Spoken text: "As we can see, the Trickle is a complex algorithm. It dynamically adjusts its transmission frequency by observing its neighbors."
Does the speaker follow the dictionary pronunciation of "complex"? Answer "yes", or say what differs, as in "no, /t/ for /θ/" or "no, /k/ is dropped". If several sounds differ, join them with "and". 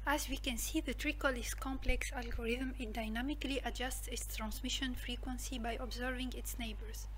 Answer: yes